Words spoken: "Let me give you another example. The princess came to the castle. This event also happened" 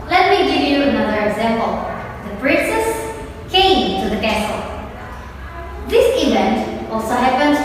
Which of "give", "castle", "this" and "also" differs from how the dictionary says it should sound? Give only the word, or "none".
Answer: none